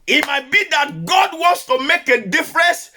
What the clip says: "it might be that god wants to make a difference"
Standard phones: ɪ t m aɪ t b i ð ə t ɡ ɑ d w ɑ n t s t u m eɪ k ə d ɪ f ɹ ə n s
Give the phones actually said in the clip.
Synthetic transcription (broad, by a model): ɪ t m aɪ t b i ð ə t ɡ ɑ d w ɑ n t s t u m eɪ k ə d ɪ f ɹ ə n s